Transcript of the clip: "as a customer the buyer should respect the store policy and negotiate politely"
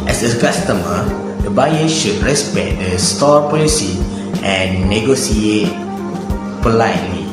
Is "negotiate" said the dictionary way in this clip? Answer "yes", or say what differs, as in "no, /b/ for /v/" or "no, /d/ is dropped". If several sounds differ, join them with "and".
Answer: no, /s/ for /ʃ/